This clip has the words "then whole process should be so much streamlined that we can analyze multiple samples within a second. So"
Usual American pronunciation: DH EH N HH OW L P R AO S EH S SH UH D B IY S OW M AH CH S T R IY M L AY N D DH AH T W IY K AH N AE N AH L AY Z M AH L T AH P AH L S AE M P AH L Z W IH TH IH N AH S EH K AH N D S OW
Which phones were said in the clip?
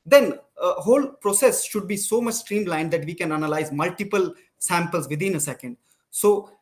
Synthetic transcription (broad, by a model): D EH N HH OW L P R AO S EH S SH UH D B IY S OW M AH CH S T R IY M L AY N D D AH T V IY K AH N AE N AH L AY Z M AH L T AH P AH L S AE M P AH L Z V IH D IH N AH S EH K AH N D S OW